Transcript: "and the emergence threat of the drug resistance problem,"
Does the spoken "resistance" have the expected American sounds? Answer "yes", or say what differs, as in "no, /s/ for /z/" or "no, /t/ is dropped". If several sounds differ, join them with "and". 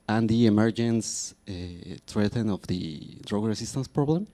no, /s/ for /z/